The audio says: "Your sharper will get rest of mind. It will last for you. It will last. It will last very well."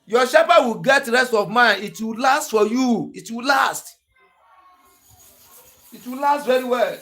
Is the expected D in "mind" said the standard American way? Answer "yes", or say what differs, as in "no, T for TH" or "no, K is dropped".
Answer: no, D is dropped